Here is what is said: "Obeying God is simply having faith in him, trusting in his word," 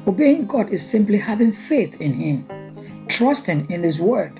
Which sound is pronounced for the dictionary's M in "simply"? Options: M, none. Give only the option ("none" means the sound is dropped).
M